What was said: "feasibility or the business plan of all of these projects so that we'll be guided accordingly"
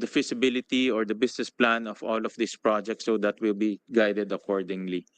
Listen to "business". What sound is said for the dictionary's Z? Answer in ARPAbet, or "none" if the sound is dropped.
S